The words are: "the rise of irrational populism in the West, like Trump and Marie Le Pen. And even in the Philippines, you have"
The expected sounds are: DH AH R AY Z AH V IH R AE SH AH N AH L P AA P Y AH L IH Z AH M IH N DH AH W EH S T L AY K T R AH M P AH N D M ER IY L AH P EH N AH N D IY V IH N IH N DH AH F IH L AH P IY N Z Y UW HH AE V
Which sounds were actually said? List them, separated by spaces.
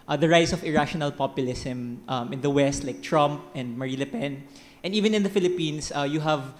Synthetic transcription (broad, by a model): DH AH R AY S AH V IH R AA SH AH N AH L P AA P Y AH L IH S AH M IH N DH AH W EH S T L AY K T R AH M P AH N D M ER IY L AH P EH N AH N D IY V IH N IH N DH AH F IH L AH P IY N S Y UW HH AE V